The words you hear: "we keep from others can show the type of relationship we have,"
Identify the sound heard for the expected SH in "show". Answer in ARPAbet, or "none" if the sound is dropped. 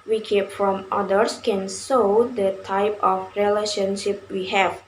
S